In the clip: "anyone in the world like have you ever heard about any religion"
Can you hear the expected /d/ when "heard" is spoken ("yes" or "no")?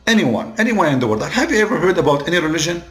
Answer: yes